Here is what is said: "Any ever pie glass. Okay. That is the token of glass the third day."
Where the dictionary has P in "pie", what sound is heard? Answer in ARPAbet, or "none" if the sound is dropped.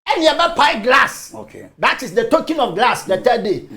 P